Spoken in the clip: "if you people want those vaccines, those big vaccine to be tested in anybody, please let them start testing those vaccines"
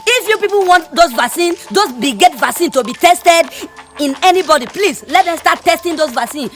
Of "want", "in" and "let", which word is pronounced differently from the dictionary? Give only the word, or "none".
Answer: none